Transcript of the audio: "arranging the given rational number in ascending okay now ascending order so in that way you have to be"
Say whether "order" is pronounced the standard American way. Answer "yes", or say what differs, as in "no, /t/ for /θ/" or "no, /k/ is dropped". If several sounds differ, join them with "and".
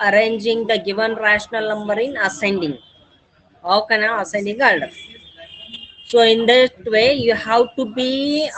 no, /l/ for /ɹ/